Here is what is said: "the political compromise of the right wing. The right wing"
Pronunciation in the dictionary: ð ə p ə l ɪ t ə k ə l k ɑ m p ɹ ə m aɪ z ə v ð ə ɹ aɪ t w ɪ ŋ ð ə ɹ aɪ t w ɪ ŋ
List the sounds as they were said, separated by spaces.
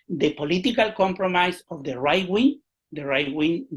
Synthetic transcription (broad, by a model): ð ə p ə l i t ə k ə l k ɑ m p ɹ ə m aɪ s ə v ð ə ɹ aɪ t w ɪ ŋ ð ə ɹ aɪ t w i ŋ